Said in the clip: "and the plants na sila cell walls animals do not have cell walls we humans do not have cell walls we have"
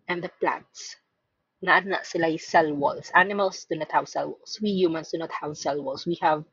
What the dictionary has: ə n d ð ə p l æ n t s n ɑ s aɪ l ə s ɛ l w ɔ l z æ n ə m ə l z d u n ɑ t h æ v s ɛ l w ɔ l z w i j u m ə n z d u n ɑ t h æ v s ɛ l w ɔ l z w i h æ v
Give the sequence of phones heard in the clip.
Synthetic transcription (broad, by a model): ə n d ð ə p l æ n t n ɑ s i l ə s ɛ l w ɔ l s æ n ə m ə l s d u n ɑ t h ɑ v s ɛ l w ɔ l s w i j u m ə n s d u n ɑ t h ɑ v s ɛ l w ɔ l s w i h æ v